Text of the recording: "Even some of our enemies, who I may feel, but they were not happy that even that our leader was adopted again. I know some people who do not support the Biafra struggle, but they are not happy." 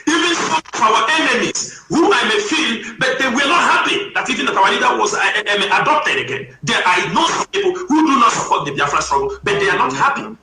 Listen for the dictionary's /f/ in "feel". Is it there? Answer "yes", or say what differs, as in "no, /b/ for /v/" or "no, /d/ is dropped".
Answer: yes